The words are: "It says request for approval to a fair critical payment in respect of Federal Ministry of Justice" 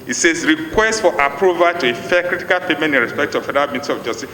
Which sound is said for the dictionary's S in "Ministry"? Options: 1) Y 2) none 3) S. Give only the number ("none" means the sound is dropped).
2